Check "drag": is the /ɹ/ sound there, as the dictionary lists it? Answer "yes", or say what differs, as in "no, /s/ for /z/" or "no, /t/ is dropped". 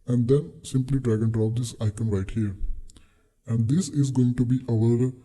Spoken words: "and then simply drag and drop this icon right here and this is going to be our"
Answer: yes